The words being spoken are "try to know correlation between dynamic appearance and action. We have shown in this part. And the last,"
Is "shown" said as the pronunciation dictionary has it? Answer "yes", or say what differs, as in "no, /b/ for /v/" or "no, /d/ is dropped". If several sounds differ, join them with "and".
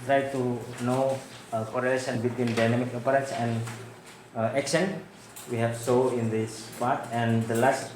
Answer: no, /s/ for /ʃ/ and /n/ is dropped